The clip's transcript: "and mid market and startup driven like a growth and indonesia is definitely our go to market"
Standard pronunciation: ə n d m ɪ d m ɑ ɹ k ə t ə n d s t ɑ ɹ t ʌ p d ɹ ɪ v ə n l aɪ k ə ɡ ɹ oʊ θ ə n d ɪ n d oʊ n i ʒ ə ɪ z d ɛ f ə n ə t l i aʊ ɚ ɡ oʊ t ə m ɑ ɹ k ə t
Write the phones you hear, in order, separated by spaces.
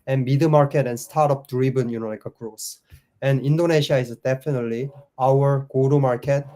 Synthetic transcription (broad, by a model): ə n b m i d m ɑ ɹ k ə t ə n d s t ɑ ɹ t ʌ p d ɹ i b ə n l aɪ k ə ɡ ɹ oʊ s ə n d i n d oʊ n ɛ ʃ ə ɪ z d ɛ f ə n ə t l i aʊ ɚ ɡ oʊ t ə m ɑ ɹ k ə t